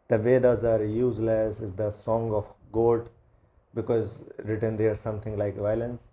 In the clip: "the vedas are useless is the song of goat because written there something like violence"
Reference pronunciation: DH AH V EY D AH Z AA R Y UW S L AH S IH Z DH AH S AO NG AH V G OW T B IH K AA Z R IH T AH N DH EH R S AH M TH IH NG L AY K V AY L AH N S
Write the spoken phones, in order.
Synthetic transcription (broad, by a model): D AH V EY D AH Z AA R Y UW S L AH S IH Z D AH S AO NG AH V G OW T B IH K AA Z R IH T AH N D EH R S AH M T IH NG L AY K V AY L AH N S